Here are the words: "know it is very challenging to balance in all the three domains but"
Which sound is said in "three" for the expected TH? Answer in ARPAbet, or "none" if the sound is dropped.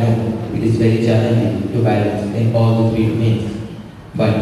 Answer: F